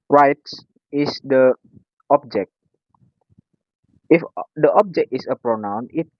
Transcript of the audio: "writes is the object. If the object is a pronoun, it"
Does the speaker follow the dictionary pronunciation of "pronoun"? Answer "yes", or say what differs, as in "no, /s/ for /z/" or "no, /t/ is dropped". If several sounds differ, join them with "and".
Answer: yes